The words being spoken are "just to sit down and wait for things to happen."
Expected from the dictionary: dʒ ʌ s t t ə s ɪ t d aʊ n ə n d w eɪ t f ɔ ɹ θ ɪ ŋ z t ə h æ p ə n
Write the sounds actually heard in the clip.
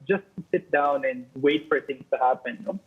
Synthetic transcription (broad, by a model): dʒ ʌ s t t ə s ɪ t d aʊ n ə n d w eɪ t f ɔ ɹ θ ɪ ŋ t ə h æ p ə n